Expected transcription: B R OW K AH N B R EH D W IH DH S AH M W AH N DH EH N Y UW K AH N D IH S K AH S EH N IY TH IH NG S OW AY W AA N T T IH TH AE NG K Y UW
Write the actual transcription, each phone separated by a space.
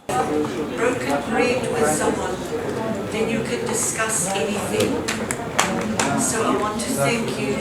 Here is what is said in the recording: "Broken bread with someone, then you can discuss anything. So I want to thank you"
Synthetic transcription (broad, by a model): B R OW K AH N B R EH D W IH DH S AH M W AH N DH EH N Y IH K AH N D IH S K AH S EH N IY TH IH NG S OW AY W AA N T T IH TH AE NG K Y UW